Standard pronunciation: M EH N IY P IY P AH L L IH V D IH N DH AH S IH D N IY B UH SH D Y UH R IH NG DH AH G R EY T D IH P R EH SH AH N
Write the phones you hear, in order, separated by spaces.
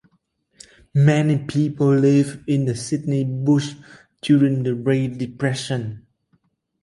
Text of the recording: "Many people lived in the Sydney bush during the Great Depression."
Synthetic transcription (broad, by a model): M EH N IY P IY P AH L L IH V IH N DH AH S IH D N IY B UH SH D Y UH R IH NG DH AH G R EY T D IH P R EH SH AH N